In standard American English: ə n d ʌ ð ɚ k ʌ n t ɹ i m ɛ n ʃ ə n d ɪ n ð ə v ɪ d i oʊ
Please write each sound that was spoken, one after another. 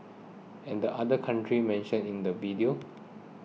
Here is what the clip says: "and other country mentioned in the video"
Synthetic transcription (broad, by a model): ə n d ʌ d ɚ k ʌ n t ɹ i m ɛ n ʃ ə n ɪ n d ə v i d i oʊ